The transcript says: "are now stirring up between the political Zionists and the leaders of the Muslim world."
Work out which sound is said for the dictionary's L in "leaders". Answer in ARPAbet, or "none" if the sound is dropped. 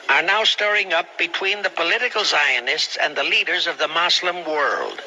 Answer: L